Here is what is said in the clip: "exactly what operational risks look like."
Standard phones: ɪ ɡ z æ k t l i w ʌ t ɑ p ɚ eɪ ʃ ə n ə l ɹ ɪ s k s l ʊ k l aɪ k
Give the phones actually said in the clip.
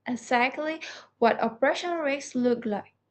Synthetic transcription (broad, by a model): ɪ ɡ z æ k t l i w ʌ t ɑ p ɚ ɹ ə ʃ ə n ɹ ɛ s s l ʊ k l aɪ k